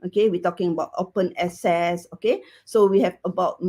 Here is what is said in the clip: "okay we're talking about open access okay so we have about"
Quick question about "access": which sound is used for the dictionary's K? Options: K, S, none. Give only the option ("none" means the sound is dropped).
none